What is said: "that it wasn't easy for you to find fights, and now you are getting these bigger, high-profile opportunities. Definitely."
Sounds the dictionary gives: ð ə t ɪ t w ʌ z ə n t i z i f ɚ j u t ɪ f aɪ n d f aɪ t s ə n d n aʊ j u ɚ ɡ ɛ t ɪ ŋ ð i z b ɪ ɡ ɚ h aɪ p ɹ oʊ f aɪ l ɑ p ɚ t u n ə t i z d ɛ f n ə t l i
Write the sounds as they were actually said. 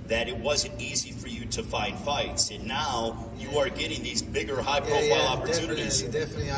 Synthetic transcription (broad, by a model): ð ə t ɪ t w ʌ z ə n t i z i f ɚ j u t ɪ f aɪ n d f aɪ t s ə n n aʊ j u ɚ ɡ ɛ t ɪ ŋ ð i z b ɪ ɡ ɚ h aɪ p ɹ oʊ f aɪ l ɑ p ɚ t u n ə t i z